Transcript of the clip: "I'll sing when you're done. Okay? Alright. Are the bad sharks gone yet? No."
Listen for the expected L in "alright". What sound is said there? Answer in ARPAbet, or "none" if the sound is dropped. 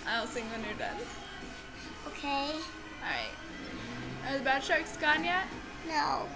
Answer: none